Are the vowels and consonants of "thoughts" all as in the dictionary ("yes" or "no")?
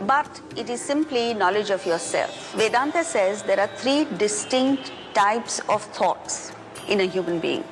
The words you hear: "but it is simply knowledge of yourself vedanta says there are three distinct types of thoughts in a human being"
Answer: no